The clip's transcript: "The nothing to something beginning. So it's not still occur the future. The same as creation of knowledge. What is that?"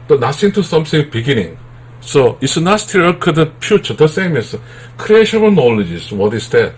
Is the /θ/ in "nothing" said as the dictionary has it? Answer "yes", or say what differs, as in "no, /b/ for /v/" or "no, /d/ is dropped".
no, /s/ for /θ/